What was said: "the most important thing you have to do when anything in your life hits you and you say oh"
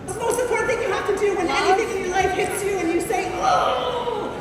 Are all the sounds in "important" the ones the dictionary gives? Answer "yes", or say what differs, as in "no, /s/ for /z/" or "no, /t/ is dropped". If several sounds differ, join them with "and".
no, /m/ is dropped